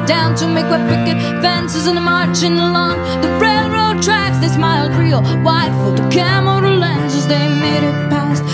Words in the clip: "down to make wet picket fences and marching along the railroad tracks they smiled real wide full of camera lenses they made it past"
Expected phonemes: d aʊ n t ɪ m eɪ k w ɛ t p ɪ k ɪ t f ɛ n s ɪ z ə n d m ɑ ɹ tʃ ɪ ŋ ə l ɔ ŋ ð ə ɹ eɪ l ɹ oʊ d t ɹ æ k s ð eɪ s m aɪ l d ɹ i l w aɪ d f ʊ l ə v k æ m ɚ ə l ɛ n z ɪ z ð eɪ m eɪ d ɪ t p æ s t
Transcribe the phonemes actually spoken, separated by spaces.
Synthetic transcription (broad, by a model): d aʊ n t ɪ m eɪ k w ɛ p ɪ k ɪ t f ɛ n s ɪ z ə n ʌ m ɑ ɹ tʃ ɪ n ə l ɔ ŋ ð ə ɹ eɪ l ɹ oʊ d t ɹ æ k s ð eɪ s m aɪ l d ɹ i l w aɪ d f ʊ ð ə k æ m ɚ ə l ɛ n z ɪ z ð eɪ m eɪ d ɪ t p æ s t